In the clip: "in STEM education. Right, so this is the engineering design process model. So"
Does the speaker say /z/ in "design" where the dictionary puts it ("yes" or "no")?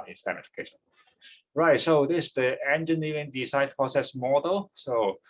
no